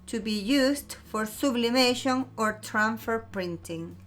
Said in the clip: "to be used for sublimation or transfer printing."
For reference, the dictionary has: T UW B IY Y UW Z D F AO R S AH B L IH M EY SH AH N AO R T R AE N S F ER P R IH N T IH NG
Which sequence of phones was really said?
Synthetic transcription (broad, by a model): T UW B IY Y UW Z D F AO R S AH B L IH M EY SH AH N AO R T R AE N F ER P R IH N T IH NG